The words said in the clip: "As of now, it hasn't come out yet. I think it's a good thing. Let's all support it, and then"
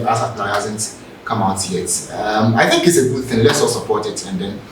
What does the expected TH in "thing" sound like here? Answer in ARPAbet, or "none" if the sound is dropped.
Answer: TH